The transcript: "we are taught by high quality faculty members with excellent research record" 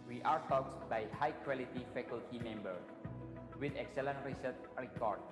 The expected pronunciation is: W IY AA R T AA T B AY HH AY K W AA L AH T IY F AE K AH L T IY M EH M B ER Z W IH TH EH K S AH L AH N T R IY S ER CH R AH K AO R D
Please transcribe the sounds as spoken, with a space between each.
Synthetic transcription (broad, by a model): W IY AA R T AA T B AY HH AY K W AA L AH T IY F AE K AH L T IY M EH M B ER W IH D EH K S AH L AH N T R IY S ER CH R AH K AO R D